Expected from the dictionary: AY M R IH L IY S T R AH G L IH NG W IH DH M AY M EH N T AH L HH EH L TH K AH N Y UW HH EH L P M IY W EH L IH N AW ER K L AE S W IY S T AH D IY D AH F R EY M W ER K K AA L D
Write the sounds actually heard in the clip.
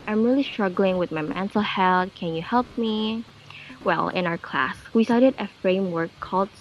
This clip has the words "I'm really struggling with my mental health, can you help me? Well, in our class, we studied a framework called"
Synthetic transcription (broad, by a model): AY M R IH L IY S T R AH G L IH NG W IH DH M AY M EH N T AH L HH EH L T K AH N Y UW HH EH L P M IY W EH L IH N AW ER K L AE S W IY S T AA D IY D AH F R EY M W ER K K AA L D